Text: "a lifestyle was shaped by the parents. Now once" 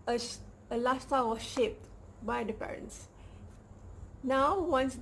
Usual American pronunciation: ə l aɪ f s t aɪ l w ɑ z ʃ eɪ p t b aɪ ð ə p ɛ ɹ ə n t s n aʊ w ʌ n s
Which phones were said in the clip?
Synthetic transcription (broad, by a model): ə l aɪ s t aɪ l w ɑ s ʃ eɪ p t b aɪ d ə p ɛ ɹ ə n t s n aʊ w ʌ n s